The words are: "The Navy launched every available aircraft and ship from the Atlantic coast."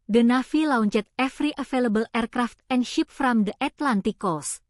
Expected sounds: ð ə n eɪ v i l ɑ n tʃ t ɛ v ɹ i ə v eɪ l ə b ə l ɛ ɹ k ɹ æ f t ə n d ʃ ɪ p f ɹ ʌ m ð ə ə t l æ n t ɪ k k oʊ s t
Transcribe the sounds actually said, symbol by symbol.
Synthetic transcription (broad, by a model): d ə n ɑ f i l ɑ n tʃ t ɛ f ɹ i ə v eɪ l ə b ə l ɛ ɹ k ɹ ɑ f t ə n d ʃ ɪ p f ɹ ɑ m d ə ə t l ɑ n t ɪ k k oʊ s